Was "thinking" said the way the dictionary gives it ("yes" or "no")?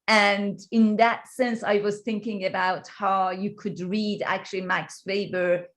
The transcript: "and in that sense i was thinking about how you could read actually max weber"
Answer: yes